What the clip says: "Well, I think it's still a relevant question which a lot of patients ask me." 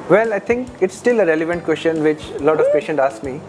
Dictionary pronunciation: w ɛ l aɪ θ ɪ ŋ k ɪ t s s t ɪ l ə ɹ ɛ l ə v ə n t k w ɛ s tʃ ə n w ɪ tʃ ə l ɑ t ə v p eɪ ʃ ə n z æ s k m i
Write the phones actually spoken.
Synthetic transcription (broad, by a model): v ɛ l aɪ t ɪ ŋ k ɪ t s s t ɪ l ə ɹ ɛ l ə v ə n t k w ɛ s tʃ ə n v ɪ tʃ l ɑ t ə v p eɪ ʃ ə n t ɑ s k m i